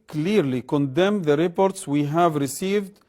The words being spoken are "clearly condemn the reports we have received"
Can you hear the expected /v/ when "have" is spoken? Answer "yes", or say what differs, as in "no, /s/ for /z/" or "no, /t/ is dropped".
yes